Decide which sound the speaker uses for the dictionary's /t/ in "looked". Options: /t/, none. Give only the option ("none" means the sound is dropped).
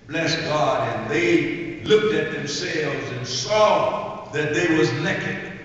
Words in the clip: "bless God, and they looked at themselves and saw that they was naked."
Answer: /t/